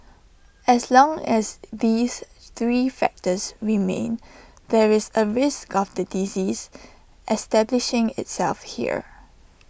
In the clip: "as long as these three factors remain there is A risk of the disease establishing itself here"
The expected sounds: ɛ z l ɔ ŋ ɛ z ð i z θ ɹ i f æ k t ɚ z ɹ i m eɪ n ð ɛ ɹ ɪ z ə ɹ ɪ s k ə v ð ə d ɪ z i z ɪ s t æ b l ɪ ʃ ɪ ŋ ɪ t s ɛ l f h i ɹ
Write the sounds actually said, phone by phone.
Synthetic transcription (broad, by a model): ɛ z l ɔ ŋ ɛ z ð i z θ ɹ i f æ k t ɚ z ɹ i m eɪ n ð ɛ ɹ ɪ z ə ɹ ɪ s k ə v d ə d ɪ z i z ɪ s t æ b l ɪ ʃ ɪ ŋ ɪ t s ɛ l f h i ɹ